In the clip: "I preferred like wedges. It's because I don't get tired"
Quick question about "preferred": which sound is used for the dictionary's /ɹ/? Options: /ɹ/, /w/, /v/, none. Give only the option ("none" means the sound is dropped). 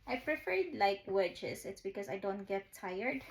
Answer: /ɹ/